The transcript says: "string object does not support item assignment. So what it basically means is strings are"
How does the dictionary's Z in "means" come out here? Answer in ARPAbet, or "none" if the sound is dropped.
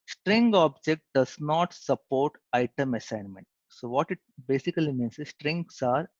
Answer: S